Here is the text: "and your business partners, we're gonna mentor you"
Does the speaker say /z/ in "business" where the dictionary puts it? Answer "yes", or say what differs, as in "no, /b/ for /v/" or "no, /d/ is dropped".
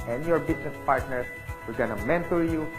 no, /s/ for /z/